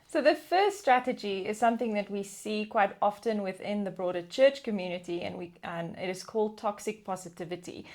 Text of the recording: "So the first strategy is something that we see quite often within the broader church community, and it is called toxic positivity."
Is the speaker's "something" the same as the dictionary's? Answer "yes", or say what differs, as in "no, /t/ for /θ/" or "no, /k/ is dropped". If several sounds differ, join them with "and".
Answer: yes